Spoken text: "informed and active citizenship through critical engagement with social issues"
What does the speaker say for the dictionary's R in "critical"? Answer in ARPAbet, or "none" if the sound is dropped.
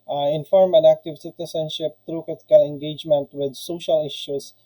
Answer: none